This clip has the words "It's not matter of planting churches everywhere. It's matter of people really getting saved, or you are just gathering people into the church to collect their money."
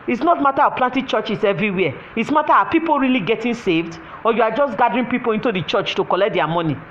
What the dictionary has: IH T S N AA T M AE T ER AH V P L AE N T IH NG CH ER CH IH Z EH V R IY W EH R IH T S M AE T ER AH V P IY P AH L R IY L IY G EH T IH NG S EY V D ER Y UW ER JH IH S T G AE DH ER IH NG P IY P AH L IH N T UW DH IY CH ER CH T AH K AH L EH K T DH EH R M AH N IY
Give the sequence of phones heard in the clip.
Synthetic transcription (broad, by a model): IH T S N AA T M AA T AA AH P L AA N T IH CH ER CH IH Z EH V R IY W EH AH IH T S M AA T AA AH P IY P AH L R IY L IY G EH T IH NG S EY V D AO Y UW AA JH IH S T G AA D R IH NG P IY P AH L IH N T UW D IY CH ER CH T AH K AH L EH K T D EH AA M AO N IY